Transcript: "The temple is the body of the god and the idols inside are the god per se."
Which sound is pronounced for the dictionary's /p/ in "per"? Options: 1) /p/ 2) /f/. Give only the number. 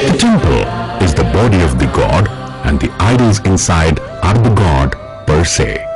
1